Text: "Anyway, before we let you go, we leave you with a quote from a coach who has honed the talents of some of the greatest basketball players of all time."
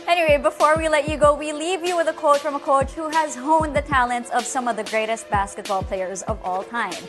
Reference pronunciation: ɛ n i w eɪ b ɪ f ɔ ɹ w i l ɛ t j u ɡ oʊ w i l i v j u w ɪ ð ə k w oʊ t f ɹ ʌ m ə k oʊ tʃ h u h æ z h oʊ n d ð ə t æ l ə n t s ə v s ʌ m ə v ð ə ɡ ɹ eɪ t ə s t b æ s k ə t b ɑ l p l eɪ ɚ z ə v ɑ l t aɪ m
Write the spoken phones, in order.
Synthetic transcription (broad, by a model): ɛ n i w eɪ b ɪ f ɔ ɹ w i l ɛ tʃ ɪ ɡ oʊ w i l i v j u w ɪ ð ə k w oʊ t f ɹ ʌ m ə k oʊ tʃ h u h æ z h oʊ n ð ə t æ l ə n t s ə v s ʌ m ə v ð ə ɡ ɹ eɪ t ə s t b æ s k ə t b ɑ l p l eɪ ɚ z ə v ɑ l t aɪ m